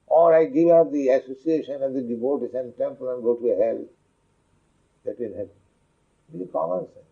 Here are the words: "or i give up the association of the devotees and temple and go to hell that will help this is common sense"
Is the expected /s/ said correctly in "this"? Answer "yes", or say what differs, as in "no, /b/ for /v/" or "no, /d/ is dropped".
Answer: no, /s/ is dropped